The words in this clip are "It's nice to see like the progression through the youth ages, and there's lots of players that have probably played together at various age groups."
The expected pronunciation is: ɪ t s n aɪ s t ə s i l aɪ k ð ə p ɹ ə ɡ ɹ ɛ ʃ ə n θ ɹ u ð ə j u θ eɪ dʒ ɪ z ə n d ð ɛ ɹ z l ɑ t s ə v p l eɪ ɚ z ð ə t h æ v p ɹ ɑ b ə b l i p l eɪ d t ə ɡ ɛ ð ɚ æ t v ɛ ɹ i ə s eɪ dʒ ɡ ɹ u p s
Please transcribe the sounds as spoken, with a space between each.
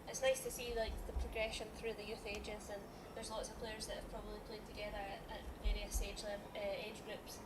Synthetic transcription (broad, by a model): ɪ t s n aɪ s t ə s i l aɪ k ð ə p ɹ ə ɡ ɹ ɛ ʃ ə n θ ɹ u ð ə j u θ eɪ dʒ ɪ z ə n ð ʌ ɹ z l ɑ t s ə v p l eɪ ɚ z ð ə t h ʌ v p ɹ ɑ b ə b l i p l eɪ d t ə ɡ ɛ ð ɚ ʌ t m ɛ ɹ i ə s eɪ dʒ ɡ ɹ u p s